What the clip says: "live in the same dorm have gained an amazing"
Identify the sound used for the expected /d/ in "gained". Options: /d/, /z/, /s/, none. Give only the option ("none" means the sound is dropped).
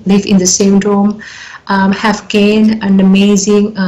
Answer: none